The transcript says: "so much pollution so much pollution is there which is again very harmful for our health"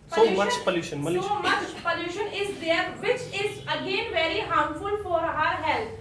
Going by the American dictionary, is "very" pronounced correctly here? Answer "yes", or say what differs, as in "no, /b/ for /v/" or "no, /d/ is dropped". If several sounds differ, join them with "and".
yes